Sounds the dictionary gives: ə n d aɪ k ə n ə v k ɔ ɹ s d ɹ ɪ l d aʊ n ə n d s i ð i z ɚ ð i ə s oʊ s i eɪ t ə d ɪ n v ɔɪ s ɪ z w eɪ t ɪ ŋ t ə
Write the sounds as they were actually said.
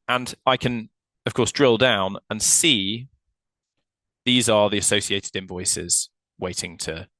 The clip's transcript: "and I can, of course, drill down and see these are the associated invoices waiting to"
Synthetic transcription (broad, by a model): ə n aɪ k ə n ə v k ɔ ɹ s d ɹ ɪ l d aʊ n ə n s i ð i z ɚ ð i ə s oʊ s i eɪ t ə d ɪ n v ɔɪ s ɪ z w eɪ t ɪ ŋ t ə